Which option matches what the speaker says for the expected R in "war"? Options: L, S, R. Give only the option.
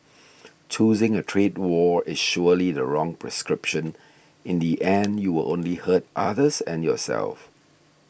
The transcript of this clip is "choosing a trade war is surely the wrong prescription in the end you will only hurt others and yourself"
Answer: R